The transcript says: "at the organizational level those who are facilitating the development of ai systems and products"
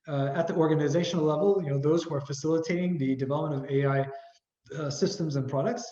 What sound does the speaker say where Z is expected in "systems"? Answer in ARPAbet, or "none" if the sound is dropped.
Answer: Z